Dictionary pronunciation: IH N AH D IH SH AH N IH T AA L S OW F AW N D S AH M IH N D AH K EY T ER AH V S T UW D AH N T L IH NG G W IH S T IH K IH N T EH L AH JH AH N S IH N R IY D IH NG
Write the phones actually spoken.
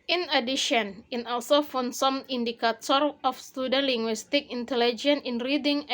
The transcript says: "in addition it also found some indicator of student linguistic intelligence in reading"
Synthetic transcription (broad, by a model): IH N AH D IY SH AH N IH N AA L S OW F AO N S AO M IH N D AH K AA T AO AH F S T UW D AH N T L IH NG G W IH S T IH K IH N T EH L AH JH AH N IH N R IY D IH NG